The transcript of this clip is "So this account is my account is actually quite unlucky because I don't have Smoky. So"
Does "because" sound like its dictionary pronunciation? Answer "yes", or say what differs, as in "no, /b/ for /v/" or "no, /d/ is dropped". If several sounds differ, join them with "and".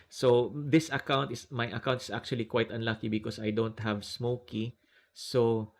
no, /s/ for /z/